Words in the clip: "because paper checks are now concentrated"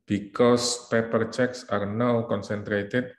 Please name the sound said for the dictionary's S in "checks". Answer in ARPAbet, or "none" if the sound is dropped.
S